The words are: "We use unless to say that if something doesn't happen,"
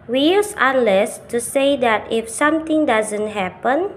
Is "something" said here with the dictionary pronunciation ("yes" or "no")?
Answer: no